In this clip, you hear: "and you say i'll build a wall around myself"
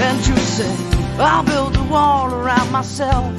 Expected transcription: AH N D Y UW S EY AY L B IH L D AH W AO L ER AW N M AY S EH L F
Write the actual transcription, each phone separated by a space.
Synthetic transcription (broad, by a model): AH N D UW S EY AY L B IH L D AH W AO L ER AW N M AY S EH L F